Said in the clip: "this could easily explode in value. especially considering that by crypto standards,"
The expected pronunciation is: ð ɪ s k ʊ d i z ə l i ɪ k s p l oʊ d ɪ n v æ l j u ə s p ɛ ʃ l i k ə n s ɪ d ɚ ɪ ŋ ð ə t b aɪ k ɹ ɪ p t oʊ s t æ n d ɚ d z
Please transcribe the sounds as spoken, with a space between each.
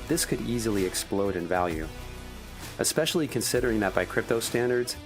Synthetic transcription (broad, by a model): ð ɪ s k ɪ d i z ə l i ɪ k s p l oʊ d ɪ n v æ l j u ə s p ɛ ʃ l i k ə n s ɪ d ɚ ɪ ŋ ð ə t b aɪ k ɹ ɪ p t oʊ s t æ n d ɚ d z